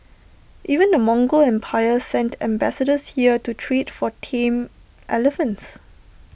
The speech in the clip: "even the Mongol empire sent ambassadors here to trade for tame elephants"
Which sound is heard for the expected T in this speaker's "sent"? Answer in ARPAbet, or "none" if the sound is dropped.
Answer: T